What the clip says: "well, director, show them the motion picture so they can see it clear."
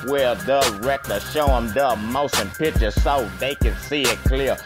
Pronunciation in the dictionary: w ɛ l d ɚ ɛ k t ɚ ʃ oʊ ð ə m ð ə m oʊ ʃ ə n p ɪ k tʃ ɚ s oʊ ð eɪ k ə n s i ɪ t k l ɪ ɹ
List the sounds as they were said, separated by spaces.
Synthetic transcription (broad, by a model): w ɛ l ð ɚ ɛ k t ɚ ʃ oʊ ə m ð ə m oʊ s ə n p ɪ k tʃ ɚ s oʊ ð eɪ k ə n s i ɪ t k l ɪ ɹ